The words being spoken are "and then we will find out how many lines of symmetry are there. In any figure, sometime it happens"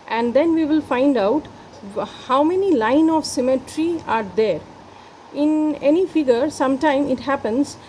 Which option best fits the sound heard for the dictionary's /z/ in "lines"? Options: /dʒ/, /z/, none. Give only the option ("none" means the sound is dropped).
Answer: none